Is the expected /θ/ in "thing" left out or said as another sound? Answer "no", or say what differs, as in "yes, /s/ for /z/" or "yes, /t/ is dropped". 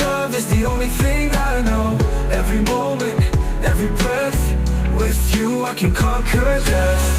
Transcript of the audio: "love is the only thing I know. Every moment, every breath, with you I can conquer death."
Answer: no